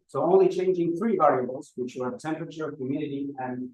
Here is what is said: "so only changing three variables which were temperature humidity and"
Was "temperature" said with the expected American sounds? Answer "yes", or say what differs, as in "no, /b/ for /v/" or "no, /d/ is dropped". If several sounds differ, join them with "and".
yes